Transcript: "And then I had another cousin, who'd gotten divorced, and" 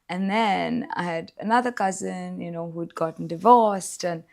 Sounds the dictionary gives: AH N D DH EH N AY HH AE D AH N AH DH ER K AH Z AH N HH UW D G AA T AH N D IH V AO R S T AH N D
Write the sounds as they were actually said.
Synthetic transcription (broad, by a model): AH N DH EH N AY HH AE D AH N AH DH ER K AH Z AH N HH UW D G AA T N D IH V AO R S T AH N